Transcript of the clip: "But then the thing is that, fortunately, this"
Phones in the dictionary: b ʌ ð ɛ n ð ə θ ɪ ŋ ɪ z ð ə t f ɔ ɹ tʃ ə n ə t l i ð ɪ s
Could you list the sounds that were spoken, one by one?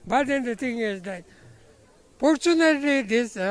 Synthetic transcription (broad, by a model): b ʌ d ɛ n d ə t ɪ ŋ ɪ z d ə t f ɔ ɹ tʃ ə n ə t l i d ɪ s